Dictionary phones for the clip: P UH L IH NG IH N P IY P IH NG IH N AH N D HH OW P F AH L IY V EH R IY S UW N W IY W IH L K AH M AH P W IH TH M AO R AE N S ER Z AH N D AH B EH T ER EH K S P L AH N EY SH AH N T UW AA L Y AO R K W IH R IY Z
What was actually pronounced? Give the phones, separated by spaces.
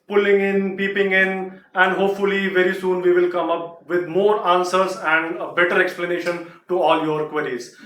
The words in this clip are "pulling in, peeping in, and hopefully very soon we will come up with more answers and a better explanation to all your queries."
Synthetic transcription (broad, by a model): P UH L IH NG IH N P IY P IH NG IH N AH N D HH OW P F AH L IY V EH R IY S UW N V IY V IH L K AH M AH P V IH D M AO R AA N S ER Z AH N D AH B EH T ER EH K S P L AH N EY SH AH N T UW AA L Y AO R K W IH R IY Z